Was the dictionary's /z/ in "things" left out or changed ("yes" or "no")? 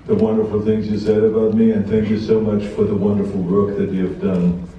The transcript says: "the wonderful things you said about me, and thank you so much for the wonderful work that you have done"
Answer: no